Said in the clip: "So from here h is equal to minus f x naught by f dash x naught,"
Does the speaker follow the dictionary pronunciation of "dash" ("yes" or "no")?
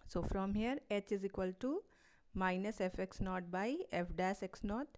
no